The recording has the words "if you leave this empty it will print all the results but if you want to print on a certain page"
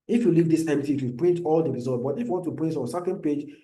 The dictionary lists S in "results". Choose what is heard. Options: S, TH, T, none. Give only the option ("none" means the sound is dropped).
none